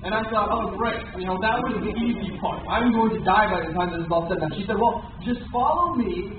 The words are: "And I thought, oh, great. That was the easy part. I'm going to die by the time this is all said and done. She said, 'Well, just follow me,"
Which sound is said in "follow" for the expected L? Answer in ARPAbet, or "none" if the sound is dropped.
L